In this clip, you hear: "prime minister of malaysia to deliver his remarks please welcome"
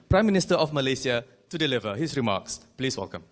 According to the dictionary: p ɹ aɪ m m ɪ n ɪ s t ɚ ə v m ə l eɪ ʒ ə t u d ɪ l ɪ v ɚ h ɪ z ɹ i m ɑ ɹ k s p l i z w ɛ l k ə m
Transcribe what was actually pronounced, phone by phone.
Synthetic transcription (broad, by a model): p ɹ aɪ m m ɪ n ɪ s t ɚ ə f m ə l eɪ s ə t u d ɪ l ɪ v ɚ h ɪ s ɹ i m ɑ k s p l i s w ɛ l k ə m